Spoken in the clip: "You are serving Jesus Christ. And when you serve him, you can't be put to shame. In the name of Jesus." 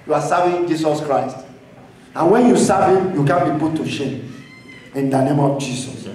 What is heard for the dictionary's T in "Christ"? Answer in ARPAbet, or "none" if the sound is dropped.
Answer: T